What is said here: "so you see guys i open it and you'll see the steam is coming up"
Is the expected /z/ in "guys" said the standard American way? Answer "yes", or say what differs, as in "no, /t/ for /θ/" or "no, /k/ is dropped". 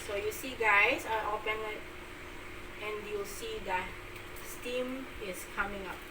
no, /s/ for /z/